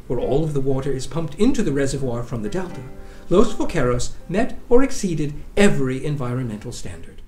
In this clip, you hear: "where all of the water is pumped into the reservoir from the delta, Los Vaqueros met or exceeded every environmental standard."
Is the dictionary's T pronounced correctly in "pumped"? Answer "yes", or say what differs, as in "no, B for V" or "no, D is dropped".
yes